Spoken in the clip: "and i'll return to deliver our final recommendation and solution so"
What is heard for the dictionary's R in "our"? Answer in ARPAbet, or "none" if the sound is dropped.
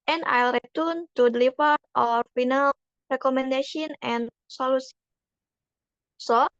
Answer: R